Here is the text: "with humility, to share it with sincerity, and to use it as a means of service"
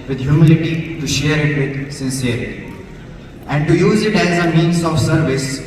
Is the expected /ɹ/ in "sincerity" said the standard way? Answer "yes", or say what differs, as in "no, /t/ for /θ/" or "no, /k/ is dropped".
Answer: no, /ɹ/ is dropped